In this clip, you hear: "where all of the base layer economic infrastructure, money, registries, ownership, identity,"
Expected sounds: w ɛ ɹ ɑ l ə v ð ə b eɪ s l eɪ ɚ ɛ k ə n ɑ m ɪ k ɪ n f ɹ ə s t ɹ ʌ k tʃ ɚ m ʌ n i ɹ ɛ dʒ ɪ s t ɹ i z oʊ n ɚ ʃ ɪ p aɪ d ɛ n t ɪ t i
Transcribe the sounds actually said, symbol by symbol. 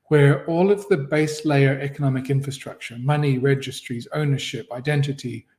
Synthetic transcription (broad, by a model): w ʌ ɹ ɑ l ə v ð ə b eɪ s l eɪ ɚ ɛ k ə n ɑ m ɪ k ɪ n f ɹ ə s t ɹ ʌ k tʃ ɚ m ʌ n i ɹ ɛ dʒ ɪ s t ɹ i z oʊ n ɚ ʃ ɪ p aɪ d ɛ n t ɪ t i